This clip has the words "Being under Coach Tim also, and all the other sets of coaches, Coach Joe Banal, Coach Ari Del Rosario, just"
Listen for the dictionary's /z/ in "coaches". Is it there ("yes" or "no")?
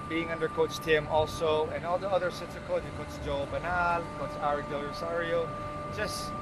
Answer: no